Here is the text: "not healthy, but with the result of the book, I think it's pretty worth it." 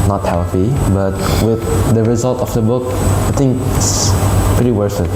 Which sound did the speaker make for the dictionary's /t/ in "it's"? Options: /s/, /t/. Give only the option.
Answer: /s/